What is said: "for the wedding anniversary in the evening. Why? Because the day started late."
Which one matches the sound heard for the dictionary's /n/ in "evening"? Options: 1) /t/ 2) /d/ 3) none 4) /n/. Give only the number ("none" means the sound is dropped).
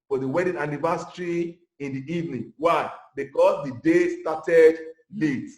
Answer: 4